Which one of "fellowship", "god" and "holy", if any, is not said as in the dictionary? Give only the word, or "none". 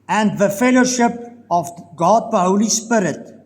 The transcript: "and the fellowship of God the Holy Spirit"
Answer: none